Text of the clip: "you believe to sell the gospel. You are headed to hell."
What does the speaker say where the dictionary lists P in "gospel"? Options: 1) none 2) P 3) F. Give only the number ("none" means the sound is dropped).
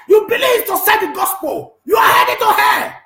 2